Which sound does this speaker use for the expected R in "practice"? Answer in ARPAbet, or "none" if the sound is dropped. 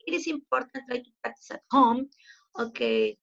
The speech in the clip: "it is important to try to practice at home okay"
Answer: none